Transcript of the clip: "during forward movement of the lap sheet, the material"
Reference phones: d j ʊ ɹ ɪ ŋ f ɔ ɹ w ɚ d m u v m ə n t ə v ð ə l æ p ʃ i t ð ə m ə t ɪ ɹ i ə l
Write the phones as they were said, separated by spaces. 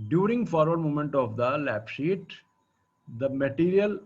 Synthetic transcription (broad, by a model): d j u ɹ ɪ ŋ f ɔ ɹ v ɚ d m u m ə n t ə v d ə l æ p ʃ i t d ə m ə t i ɹ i ə l